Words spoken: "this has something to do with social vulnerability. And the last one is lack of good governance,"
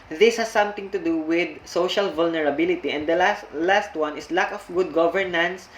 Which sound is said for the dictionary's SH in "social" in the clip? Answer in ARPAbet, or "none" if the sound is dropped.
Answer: SH